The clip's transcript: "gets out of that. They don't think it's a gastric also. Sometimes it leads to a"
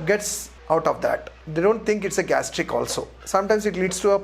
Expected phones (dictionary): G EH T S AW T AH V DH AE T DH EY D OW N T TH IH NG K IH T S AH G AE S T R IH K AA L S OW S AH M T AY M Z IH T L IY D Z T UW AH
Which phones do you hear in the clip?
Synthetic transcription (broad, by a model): G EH T S AW T AH V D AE T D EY D OW N T T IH NG K IH T S AH G AE S T R IH K AA L S OW S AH M T AY M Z IH T L IY D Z T UW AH